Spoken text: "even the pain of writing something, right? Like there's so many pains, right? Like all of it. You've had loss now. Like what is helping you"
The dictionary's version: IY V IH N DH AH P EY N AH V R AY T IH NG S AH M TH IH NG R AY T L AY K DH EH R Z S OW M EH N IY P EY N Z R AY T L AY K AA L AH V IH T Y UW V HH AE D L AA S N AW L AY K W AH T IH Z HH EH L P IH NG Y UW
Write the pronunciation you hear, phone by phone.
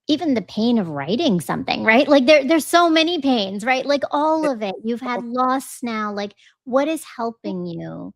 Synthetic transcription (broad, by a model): IY V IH N DH AH P EY N AH V R AY T IH NG S AH M TH IH NG R AY T L AY K DH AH R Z S OW M EH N IY P EY N Z R AY T L AY K AA L AH V IH T Y UW V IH D L AA S N AW L AY K W AH T IH Z HH EH L P IH NG Y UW